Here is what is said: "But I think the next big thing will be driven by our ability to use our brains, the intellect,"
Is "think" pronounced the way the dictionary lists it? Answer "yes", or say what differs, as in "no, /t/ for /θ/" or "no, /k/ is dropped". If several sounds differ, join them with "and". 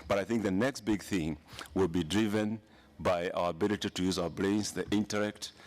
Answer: yes